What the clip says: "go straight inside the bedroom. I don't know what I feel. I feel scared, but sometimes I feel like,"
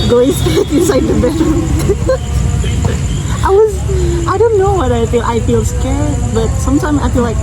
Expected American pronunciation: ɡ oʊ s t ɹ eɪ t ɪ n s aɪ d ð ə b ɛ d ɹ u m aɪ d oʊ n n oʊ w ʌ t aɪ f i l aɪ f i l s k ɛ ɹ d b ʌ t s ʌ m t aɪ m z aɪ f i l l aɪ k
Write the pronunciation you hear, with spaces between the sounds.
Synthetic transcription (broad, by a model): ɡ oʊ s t eɪ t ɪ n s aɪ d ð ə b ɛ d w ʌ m aɪ d oʊ n n oʊ w ʌ t aɪ f i l aɪ f i l s k ɛ ɹ d b ʌ t s ʌ m t aɪ m z aɪ f i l l aɪ k